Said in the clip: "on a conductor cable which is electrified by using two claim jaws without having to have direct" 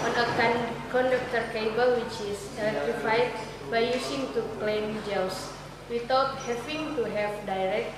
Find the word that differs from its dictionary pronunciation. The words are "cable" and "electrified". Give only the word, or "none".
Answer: electrified